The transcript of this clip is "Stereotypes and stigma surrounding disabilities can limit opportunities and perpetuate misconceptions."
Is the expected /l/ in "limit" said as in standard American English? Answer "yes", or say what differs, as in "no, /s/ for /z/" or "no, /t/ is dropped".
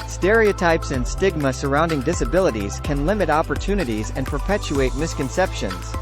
yes